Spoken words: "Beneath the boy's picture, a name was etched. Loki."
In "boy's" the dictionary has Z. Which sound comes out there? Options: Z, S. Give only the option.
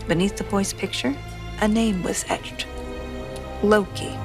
S